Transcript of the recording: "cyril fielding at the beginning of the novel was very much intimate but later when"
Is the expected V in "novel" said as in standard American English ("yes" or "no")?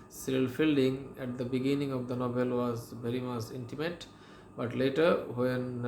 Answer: no